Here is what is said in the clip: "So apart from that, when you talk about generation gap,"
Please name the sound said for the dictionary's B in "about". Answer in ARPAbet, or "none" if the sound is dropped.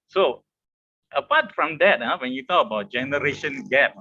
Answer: B